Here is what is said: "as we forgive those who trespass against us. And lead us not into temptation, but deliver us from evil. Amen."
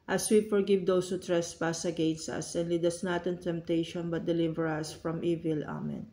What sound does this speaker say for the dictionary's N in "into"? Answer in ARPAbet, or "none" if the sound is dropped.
N